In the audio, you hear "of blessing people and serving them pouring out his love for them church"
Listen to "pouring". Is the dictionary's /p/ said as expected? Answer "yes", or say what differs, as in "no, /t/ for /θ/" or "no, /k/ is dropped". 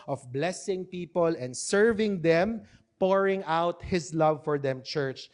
yes